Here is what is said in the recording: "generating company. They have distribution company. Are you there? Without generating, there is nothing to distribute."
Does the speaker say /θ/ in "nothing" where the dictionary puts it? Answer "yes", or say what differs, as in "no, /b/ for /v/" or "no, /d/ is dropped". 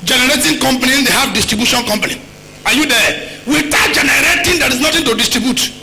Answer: no, /t/ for /θ/